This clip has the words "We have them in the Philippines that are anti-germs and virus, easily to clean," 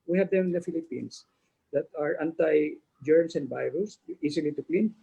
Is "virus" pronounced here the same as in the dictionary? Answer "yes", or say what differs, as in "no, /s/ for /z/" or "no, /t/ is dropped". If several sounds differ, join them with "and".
no, /b/ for /v/